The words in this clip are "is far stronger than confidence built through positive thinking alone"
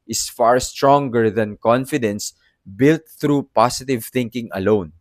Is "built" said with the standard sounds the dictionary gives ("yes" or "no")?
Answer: yes